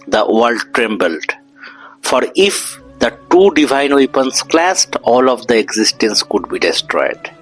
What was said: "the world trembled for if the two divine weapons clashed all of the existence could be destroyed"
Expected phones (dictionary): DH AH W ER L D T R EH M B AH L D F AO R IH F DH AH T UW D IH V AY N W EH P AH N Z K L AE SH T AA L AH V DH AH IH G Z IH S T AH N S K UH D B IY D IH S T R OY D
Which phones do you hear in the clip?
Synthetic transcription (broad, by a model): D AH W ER L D T R EH M B AH L D F AO R IH F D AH T UW D IH V AY N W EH P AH N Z K L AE S T AA L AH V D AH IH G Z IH S T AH N S K UH D B IY D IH S T R OY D